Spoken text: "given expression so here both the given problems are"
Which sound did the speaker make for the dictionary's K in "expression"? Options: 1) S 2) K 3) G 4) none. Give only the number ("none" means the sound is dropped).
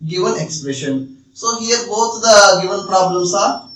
2